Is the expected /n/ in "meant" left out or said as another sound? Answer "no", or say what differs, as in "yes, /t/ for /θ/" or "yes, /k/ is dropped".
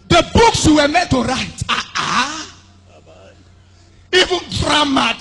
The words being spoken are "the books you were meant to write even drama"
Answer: yes, /n/ is dropped